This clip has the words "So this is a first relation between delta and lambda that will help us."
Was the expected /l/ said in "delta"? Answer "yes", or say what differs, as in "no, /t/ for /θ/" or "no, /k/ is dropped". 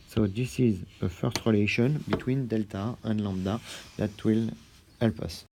yes